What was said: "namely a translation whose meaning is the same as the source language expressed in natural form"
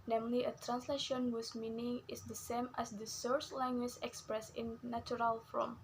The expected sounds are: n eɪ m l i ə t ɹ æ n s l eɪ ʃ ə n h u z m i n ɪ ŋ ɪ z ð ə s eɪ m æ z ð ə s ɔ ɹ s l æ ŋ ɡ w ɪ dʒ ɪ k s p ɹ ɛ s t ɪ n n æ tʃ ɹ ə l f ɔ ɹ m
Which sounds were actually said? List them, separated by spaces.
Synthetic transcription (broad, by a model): n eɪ m l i ə t ɹ æ n s l eɪ ʃ ə n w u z m i n ɪ ŋ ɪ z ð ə s eɪ m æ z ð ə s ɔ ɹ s l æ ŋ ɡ w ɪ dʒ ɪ k s p ɹ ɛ s ɪ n n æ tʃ ɹ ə l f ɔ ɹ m